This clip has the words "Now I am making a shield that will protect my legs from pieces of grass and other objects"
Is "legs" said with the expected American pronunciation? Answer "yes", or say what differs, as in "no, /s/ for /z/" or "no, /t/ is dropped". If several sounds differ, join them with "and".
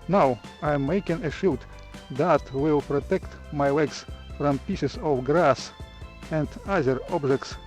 no, /w/ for /l/ and /s/ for /z/